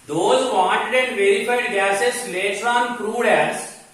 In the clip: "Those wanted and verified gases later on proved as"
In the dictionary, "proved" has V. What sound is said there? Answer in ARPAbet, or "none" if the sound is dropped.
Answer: none